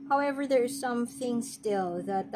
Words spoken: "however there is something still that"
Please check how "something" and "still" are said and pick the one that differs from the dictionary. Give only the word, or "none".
none